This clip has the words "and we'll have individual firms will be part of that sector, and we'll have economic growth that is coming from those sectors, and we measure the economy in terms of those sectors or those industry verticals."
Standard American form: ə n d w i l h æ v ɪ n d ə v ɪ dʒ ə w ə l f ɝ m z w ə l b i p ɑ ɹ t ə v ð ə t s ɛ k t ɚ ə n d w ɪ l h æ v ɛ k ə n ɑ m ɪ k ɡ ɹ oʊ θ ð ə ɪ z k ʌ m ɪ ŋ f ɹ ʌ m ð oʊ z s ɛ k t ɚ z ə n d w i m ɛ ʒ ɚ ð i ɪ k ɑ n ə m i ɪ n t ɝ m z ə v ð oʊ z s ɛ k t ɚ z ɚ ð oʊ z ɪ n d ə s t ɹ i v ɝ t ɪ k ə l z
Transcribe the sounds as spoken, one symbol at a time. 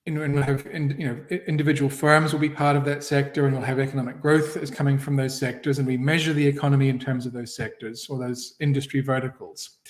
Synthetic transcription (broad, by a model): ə n w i l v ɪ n ɪ n d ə v ɪ dʒ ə w l f ɝ m z w ə l b i p ɑ ɹ t ə v ð ə t s ɛ k t ɚ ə n w ɪ l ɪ v ɛ k ə n ɑ m ɪ k ɡ ɹ oʊ θ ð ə ɪ z k ʌ m ɪ ŋ f ɹ ʌ m ð oʊ z s ɛ k t ɚ z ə n w i m ɛ ʒ ɚ ð i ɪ k ɑ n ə m i ɪ n t ɝ m z ə v ð oʊ z s ɛ k t ɚ z ɚ ð oʊ z ɪ n d ə s t ɹ i v ɝ t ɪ k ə l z